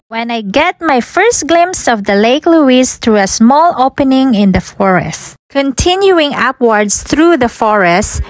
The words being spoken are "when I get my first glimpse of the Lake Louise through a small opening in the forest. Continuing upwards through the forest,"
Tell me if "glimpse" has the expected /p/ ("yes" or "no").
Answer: no